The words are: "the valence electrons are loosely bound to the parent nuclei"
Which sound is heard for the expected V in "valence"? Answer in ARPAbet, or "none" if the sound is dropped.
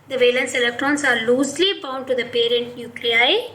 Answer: V